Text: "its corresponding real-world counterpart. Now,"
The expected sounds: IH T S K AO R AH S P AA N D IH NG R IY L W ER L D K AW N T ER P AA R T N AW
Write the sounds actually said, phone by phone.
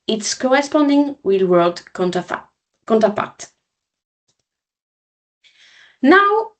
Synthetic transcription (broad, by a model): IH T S K AO R AH S P AA N D IH NG W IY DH W ER L D K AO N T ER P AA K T N AW